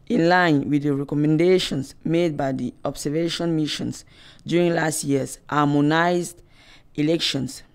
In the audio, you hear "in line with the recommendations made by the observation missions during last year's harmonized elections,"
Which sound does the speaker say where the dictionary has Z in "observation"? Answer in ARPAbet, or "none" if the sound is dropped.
S